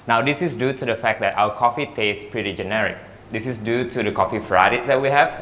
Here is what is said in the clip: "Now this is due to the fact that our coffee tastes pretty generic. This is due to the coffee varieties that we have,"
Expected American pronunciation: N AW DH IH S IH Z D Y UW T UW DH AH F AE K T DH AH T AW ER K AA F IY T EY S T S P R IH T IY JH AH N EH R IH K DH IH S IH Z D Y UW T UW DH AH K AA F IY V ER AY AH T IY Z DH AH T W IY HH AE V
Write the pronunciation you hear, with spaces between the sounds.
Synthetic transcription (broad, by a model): N AW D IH S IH S D Y UW T UW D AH F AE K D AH T AW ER K AA F IY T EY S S P R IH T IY JH AH N EH R IH K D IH S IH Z D Y UW T UW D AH K AA F IY F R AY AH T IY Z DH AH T W IY HH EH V